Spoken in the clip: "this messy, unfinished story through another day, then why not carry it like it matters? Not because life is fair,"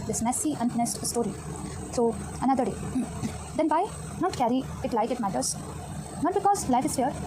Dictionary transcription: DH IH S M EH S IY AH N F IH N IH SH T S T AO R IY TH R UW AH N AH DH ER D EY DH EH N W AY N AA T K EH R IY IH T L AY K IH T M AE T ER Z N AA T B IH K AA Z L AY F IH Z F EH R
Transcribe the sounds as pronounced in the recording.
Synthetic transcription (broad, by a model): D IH S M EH S IY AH N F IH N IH S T S T AO R IY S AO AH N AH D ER D EY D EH N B AY N AA T K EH R IY IH T L AY K IH T M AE T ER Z N AA T B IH K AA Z L AY F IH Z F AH R